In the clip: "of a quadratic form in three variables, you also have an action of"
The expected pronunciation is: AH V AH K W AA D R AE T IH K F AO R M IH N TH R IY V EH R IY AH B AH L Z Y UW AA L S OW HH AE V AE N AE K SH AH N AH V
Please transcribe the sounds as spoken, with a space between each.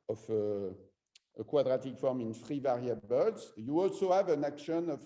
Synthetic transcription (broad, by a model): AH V AH K W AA D R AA T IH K F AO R M IH N F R IY V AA R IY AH B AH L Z Y UW AA L S OW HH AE V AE N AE K SH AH N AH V